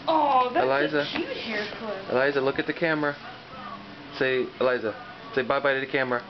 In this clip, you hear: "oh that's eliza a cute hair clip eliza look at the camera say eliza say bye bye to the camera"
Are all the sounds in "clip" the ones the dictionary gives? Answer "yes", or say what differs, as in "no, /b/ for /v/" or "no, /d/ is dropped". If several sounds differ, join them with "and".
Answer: no, /p/ is dropped